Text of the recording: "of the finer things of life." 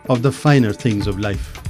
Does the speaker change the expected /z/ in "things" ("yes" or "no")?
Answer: no